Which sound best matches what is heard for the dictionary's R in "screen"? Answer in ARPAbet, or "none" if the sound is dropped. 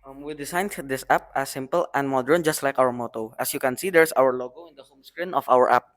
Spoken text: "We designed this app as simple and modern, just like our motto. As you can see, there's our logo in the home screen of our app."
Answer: R